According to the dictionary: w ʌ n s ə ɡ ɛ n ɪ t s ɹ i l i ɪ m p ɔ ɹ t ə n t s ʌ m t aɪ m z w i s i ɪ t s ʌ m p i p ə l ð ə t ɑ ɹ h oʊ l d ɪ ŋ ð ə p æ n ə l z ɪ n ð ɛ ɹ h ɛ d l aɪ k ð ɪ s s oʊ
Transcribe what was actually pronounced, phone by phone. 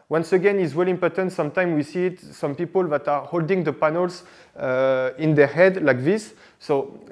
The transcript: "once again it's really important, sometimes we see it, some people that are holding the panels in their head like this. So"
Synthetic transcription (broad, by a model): w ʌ n s ə ɡ ɛ n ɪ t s w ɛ l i m p ɔ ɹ t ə n t s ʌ m t aɪ m w i s i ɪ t s ʌ m p i p ə l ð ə t ɑ ɹ h oʊ l d ɪ ŋ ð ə p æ n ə l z ɪ n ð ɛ ɹ h ɛ d l aɪ k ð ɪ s s oʊ